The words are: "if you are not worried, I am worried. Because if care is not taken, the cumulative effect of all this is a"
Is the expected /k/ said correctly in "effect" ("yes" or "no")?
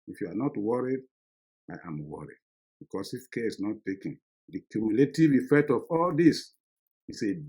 yes